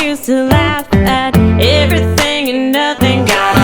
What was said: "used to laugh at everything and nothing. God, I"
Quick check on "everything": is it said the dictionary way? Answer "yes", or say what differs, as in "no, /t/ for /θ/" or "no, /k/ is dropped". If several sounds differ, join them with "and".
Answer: yes